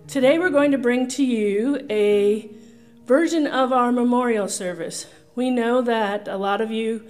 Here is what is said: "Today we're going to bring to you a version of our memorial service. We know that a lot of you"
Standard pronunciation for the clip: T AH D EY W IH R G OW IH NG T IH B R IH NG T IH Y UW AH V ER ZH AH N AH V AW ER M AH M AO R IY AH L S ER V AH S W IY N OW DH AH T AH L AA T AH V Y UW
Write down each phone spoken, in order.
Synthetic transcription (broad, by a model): T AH D EY W IH R G OW IH NG T IH B R IH NG T IH Y UW AH V ER ZH AH N AH V AW ER M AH M AO R IY L S ER V AH S W IY N OW DH AH T AH L AA T AH V Y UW